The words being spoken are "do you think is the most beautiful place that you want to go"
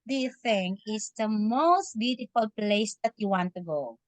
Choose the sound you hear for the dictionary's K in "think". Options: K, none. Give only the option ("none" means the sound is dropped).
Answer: none